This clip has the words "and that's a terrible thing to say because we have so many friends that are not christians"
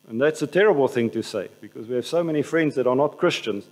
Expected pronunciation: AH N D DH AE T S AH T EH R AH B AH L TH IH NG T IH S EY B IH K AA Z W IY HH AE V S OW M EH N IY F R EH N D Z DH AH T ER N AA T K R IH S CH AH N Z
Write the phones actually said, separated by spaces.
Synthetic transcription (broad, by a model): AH N DH AE T S AH T EH R AH B AH L TH IH NG T IH S EY B IH K AA Z W IY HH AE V S OW M EH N IY F R EH N D Z DH AH T ER N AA T K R IH S CH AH N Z